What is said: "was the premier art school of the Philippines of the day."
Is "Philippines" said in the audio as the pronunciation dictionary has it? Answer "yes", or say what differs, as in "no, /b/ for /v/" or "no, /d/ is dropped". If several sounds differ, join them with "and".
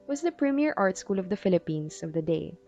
no, /s/ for /z/